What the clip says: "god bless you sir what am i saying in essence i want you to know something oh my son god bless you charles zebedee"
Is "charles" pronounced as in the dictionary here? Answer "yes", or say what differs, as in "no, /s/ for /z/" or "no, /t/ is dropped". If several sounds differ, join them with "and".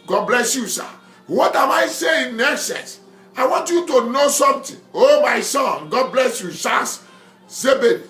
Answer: no, /s/ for /tʃ/